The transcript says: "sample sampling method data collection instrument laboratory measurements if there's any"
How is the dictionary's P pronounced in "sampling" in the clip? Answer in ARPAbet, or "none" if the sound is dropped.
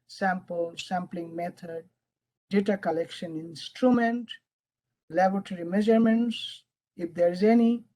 P